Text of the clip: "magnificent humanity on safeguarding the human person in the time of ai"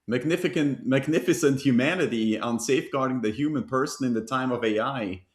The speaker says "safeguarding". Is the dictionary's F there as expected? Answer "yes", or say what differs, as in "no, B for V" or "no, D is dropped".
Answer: yes